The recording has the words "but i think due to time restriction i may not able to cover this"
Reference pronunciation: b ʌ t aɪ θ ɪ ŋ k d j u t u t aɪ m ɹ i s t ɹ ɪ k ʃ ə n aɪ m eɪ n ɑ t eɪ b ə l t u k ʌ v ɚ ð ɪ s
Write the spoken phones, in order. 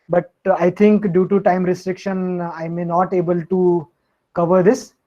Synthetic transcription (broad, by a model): b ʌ t aɪ t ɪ ŋ k d j u t u t aɪ m ɹ i s t ɹ ɪ k ʃ ə n aɪ m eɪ n ɑ t eɪ b ə l t u k ʌ v ɚ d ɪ s